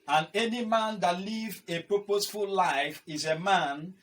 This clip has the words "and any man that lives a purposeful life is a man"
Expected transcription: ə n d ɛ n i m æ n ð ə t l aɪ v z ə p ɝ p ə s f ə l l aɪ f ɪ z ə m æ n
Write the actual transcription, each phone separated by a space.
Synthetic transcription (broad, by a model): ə n ɛ n i m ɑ n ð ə t l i v ə p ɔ p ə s f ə l l aɪ f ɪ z ə m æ n